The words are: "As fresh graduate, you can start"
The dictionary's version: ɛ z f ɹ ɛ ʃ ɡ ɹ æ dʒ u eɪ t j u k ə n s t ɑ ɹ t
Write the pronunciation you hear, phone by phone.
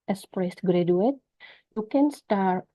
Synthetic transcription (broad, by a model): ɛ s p ɹ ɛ s ɡ ɹ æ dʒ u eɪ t j u k ə n s t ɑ ɹ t